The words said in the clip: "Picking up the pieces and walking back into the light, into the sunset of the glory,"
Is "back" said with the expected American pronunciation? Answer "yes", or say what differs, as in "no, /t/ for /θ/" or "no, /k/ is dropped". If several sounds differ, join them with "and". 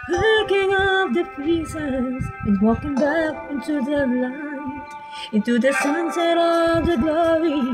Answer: yes